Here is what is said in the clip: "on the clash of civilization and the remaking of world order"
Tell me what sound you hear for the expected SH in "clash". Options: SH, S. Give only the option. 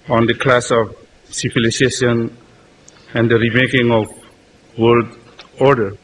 S